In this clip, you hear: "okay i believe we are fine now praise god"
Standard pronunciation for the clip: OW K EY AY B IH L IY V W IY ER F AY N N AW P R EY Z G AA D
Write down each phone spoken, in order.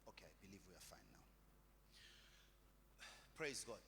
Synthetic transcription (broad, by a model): OW K EY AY B IH L IY V W IY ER F AY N N AW P R EY Z G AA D